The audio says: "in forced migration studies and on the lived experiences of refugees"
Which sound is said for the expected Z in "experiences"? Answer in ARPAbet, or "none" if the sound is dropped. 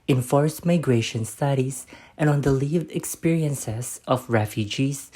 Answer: S